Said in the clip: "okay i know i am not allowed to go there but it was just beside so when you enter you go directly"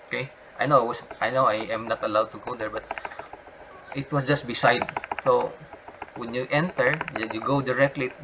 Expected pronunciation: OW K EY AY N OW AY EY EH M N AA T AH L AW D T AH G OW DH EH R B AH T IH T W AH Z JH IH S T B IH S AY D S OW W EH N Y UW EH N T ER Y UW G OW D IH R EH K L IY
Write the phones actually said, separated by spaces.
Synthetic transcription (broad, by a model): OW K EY AY N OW AY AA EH M N AA T AH L AW D T AH G OW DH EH R B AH T IH T W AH S JH IH S T B IH S AY D S OW W EH N Y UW EH N T ER Y UW G OW D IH R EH K L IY